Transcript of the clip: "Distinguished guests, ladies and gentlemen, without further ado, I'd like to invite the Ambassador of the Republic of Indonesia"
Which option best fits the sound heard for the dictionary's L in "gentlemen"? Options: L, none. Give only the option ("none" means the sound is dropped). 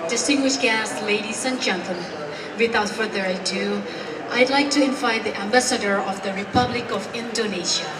none